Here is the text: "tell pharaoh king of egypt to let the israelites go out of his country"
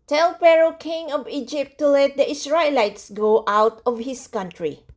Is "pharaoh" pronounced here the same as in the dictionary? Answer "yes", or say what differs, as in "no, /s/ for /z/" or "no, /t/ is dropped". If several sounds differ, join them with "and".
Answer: no, /p/ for /f/